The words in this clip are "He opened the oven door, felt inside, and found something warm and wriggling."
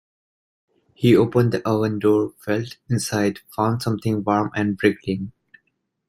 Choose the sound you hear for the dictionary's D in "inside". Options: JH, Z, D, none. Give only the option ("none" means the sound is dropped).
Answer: none